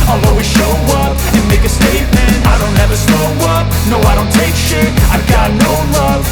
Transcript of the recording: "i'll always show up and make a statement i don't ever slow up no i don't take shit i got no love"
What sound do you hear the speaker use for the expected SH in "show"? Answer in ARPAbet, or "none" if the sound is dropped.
SH